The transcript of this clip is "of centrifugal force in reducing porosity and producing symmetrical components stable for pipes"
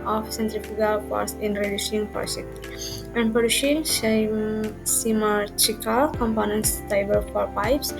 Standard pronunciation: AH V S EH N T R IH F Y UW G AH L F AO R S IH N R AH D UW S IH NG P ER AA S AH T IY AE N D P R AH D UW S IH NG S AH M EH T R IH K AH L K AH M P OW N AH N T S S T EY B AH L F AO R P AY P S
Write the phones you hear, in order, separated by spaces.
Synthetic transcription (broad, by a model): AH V S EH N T R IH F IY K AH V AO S IH N R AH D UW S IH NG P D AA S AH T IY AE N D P AH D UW SH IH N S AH M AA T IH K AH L K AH M P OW N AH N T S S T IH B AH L F AO R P AY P S